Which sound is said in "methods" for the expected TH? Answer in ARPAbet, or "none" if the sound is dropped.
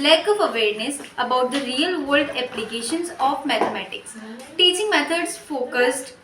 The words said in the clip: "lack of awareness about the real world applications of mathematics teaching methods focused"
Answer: T